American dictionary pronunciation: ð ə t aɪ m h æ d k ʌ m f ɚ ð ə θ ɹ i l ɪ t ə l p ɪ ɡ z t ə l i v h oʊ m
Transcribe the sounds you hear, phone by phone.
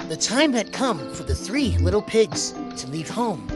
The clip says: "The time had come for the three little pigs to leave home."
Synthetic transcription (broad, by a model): ð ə t aɪ m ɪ d k ʌ m f ɚ ð ə θ ɹ i l ɪ t l p ɪ ɡ z t ə l i v h oʊ m